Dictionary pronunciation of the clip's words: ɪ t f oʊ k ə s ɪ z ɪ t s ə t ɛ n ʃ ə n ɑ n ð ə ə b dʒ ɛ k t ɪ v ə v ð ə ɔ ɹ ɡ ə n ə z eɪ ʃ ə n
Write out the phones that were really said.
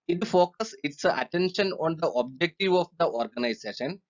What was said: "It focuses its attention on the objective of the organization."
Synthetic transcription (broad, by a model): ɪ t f oʊ k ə s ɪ s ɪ t ə t ɛ n ʃ ə n ɑ n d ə ə b dʒ ɛ k t ɪ v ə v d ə ɔ ɹ ɡ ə n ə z eɪ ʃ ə n